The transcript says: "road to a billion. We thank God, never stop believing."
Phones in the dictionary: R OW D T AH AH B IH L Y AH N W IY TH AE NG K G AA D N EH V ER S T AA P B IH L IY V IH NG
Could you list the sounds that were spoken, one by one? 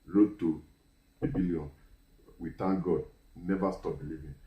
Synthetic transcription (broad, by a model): R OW T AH AH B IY L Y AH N W IY T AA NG G AA D N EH V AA S T AA P B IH L IY V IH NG